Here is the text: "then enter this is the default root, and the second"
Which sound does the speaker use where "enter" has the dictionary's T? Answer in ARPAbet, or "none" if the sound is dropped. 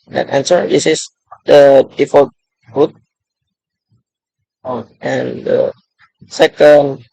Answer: S